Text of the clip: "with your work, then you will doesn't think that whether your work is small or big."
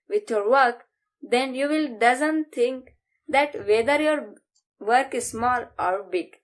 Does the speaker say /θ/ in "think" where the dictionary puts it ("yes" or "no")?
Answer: no